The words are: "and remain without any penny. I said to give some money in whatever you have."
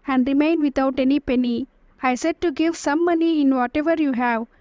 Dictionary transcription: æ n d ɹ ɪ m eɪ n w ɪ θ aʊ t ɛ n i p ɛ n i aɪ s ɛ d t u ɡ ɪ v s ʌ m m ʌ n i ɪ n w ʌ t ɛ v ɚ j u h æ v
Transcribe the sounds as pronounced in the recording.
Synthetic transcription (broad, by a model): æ n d ɹ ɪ m eɪ n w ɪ t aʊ t ɛ n i p ɛ n i aɪ s ɛ d t u ɡ ɪ v s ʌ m m ʌ n i ɪ n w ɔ t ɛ v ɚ j u h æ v